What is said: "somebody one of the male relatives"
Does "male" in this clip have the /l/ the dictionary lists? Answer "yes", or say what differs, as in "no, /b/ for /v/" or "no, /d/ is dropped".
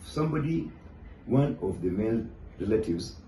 no, /n/ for /l/